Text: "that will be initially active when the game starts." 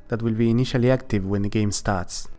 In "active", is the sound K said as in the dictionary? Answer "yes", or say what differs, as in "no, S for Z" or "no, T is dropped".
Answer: yes